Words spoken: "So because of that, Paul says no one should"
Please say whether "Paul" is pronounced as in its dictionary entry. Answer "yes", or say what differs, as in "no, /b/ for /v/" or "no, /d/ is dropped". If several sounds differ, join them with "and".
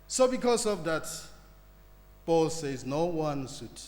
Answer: no, /b/ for /p/